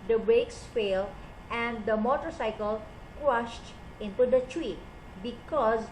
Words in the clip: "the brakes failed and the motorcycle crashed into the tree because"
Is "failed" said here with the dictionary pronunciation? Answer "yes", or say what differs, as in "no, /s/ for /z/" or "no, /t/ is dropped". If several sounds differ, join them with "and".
no, /d/ is dropped